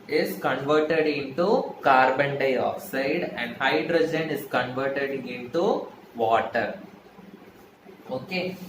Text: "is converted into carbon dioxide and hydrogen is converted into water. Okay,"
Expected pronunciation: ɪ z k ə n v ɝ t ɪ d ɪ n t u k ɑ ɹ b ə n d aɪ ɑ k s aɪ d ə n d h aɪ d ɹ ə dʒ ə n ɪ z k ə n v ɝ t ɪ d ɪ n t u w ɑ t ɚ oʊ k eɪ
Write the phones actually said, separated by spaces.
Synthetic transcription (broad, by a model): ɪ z k ə n v ɝ t ɪ d ɪ n t u k ɑ ɹ b ə n d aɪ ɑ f s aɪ d ə n d h aɪ d ɹ ə dʒ ə n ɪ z k ə n v ɝ t ɪ d ɪ n t u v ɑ t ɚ oʊ k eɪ